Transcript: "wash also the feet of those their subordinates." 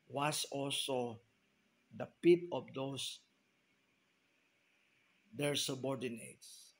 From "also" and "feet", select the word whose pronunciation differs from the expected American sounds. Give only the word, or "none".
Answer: feet